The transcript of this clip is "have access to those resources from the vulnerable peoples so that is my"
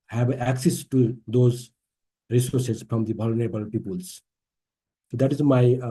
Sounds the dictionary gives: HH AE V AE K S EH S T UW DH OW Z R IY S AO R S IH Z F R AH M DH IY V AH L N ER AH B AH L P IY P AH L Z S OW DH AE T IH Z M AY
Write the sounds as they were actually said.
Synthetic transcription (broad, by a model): HH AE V AE K S EH S T UW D OW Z R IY S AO R S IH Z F R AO M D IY B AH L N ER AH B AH L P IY P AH L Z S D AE T IH Z M AY